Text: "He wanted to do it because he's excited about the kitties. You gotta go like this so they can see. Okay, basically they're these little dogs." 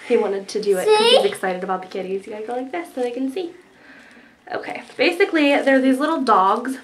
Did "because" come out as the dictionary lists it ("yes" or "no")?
no